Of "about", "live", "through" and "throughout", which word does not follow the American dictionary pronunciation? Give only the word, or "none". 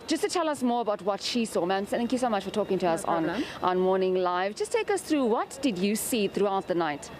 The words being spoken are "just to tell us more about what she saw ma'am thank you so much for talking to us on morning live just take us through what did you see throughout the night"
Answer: none